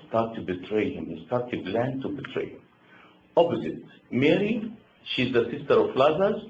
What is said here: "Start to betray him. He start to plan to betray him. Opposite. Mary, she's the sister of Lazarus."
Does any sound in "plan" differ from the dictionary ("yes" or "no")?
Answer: yes